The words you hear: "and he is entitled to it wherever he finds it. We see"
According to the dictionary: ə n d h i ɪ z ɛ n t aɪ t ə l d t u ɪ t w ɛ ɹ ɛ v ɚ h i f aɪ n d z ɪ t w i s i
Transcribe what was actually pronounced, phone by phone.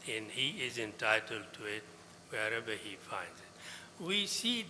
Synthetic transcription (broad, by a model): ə n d h i ɪ z ɛ n t aɪ t ə l d t u ɪ t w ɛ ɹ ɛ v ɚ h i f aɪ n d z ɪ t w i s i